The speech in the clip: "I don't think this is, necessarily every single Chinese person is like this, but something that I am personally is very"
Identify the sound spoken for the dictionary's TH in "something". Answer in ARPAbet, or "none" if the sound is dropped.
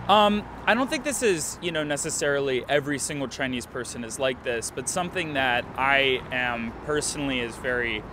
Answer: TH